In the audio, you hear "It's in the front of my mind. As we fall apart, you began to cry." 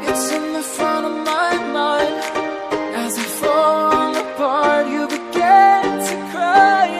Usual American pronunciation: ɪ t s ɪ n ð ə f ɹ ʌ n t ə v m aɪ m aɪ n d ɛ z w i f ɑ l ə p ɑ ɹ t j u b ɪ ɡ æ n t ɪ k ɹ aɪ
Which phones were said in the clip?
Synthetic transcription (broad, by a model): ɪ t s ɪ n ð ə f ɹ ʌ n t ə v m aɪ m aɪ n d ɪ z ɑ f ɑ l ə b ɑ ɹ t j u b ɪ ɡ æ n t ɪ k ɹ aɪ